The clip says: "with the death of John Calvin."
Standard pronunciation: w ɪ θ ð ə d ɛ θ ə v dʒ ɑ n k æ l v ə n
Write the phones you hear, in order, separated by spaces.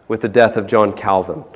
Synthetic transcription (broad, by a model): w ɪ ð ə d ɛ θ ə v dʒ ɑ n k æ l v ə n